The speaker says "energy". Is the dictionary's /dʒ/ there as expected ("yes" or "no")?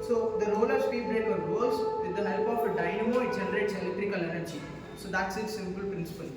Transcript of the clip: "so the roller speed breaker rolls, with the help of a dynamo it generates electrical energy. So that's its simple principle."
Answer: no